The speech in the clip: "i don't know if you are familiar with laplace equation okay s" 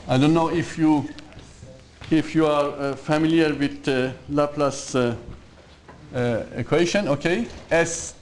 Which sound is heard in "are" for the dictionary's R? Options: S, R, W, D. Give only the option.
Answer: R